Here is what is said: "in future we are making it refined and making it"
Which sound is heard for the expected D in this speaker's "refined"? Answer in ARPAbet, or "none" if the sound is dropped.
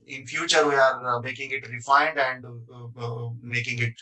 D